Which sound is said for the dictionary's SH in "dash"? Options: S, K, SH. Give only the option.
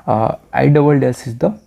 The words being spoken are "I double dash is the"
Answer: S